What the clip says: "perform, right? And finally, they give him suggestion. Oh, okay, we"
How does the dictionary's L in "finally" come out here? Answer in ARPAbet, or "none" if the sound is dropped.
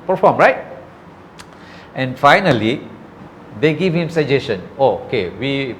L